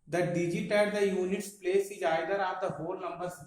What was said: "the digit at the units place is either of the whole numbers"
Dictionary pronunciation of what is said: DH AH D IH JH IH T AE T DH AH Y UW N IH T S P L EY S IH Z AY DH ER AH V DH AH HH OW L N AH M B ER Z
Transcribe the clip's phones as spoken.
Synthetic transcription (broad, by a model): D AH D IH JH IH T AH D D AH Y UW N IH T S P L EY S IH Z AY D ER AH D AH HH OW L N AH M B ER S